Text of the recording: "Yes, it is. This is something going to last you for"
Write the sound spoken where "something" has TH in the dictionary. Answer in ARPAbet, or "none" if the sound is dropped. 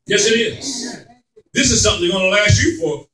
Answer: TH